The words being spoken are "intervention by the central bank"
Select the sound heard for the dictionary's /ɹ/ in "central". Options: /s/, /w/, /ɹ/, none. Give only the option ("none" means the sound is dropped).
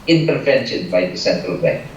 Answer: /ɹ/